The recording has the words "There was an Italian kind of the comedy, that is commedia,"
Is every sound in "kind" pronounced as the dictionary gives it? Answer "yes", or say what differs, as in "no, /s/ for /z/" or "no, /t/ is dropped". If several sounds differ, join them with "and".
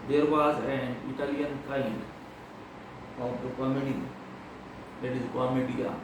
no, /n/ is dropped